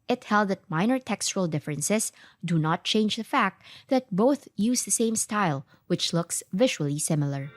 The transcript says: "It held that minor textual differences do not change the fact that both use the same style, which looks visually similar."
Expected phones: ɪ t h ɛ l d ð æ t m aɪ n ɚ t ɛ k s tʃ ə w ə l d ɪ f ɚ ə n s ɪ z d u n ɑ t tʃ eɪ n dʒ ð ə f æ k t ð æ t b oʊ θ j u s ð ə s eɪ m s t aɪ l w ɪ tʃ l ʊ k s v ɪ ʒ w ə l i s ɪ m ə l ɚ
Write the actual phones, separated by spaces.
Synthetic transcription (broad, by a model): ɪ t h ɛ l d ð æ t m aɪ n ɚ t ɛ k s tʃ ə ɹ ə l d ɪ f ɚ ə n s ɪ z d u n ɑ t tʃ eɪ n dʒ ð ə f æ k t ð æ t b oʊ θ j u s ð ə s eɪ m s t aɪ l w ɪ tʃ l ʊ k s v ɪ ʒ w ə l i s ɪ m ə l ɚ